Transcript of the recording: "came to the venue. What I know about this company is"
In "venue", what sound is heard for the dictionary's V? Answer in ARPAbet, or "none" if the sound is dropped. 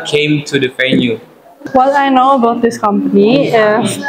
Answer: F